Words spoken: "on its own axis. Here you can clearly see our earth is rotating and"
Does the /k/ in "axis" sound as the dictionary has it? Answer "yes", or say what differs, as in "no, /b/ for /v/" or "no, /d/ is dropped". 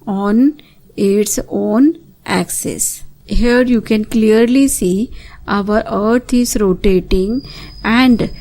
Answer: yes